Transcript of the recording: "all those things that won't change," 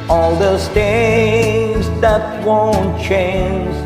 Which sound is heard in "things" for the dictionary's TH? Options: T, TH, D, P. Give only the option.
T